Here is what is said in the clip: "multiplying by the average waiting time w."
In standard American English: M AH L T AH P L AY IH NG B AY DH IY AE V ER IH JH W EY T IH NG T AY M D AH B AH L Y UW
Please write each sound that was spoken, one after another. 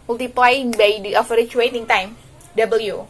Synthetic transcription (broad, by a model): M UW L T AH P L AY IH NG B AY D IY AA F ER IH CH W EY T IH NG T AY M D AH B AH L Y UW